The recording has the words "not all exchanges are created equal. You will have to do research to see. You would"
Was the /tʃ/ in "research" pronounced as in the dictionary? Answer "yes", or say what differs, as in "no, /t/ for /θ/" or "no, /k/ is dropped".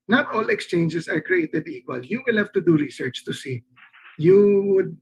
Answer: yes